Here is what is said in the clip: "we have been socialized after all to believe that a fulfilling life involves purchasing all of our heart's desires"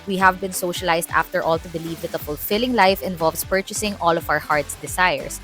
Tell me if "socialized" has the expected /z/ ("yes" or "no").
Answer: no